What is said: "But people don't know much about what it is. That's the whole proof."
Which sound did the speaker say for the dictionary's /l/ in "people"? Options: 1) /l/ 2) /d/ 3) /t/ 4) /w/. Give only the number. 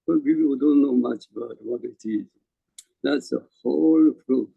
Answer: 4